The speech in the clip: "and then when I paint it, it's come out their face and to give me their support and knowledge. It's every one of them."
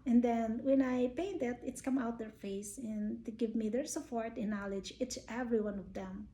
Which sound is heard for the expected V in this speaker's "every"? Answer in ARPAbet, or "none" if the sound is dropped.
V